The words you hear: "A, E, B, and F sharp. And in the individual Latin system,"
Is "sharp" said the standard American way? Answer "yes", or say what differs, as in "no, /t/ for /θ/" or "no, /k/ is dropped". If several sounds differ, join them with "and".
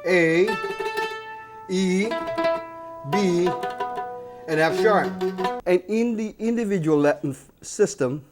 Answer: no, /p/ is dropped